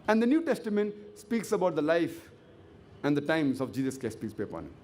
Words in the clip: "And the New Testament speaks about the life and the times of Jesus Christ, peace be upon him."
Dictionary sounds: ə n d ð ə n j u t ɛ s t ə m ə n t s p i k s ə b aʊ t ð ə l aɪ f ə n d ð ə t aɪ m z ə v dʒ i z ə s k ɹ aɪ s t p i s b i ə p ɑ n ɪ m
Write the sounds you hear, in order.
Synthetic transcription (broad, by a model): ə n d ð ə n j u t ɛ s t ə m ə n t s p i k s ə b aʊ t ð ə l aɪ f ə n d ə t aɪ m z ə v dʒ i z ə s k ɛ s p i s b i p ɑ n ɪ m